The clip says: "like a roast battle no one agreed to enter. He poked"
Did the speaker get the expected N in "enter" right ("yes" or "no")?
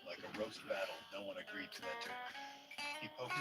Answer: no